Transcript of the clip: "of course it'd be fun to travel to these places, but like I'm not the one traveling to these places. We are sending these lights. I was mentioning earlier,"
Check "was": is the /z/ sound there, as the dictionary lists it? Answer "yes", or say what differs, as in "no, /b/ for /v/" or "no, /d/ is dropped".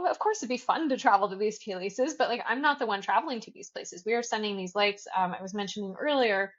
yes